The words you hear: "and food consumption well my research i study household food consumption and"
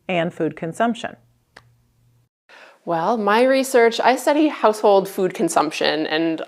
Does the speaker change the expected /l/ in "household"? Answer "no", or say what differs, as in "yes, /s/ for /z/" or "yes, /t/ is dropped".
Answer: no